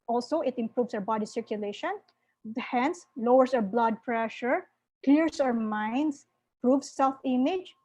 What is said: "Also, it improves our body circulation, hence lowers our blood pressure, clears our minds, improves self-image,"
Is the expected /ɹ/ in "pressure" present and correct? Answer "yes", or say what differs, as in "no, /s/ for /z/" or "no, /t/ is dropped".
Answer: yes